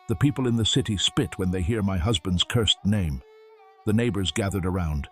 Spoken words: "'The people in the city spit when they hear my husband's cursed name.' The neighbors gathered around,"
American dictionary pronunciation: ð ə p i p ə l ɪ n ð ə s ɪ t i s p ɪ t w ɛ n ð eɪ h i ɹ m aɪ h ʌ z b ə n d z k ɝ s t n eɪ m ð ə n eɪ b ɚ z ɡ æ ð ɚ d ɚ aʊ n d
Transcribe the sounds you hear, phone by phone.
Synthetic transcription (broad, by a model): ð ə p i p l ɪ n ð ə s ɪ t i s p ɪ t w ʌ n ð eɪ h i ɹ m aɪ h ʌ z b ə n d z k ɝ s t n eɪ m ð ə n eɪ b ɚ z ɡ æ ð ɚ d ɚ aʊ n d